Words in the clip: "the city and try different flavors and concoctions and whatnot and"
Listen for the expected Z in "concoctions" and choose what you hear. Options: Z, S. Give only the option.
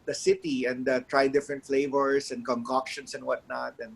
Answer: S